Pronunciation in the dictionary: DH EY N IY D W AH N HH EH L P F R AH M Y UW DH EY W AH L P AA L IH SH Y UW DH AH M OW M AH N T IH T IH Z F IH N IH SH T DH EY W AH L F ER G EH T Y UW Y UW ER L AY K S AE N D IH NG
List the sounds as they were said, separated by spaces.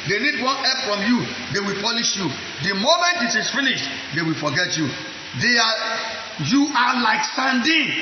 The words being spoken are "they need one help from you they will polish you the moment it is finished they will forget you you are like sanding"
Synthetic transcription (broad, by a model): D EY N IY D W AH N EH P F R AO M Y UW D EY W AH L P AA L IH SH Y UW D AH M OW M AH N T IH T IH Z F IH N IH SH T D EY W AH L F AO G EH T Y UW Y UW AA L AY K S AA N D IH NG